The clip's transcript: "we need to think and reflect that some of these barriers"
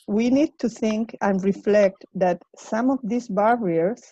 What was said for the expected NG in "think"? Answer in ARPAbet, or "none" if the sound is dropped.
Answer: NG